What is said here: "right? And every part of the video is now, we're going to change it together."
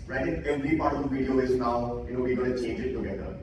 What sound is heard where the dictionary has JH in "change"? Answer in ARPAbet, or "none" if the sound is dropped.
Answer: JH